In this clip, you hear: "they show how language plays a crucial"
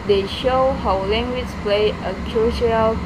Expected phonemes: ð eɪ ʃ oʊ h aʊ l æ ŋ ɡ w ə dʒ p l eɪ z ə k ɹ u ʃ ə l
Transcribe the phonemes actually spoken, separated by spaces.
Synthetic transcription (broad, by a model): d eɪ ʃ oʊ h aʊ l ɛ ŋ ɡ w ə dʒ p l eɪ ə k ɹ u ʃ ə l